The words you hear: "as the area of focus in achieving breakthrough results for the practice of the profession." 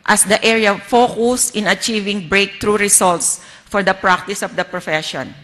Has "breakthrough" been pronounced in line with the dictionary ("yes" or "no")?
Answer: no